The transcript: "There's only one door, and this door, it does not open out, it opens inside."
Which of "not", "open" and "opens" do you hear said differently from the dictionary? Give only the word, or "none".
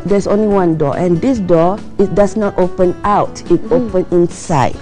opens